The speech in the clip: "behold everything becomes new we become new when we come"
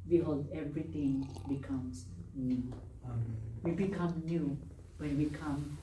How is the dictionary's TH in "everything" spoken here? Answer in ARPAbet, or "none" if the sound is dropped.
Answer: T